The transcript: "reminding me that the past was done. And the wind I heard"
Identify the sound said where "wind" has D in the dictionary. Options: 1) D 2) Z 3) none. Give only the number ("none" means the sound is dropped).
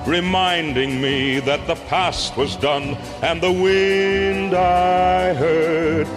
1